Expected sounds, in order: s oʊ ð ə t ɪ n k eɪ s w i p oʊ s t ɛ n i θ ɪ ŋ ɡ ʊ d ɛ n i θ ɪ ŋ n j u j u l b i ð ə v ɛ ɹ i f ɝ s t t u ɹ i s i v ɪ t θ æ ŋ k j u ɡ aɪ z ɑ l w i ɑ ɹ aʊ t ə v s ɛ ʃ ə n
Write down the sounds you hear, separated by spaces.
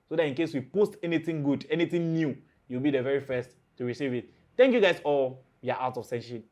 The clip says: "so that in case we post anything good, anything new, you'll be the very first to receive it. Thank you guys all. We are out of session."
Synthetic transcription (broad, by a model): s oʊ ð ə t ɪ n k eɪ s w i p oʊ s t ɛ n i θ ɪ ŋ ɡ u d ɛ n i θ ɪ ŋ n j u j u w b i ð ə v ɛ ɹ i f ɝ s t t u ɹ i s i v ɪ t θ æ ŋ k j u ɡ aɪ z ɑ l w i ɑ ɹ aʊ t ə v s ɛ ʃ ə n